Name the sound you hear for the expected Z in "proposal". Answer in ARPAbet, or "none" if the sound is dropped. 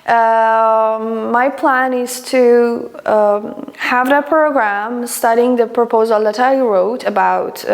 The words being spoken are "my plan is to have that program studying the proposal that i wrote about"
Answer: Z